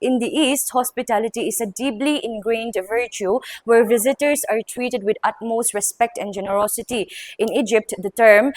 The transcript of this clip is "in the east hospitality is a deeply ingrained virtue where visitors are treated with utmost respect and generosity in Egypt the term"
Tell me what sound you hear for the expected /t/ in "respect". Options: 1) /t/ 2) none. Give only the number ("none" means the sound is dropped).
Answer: 1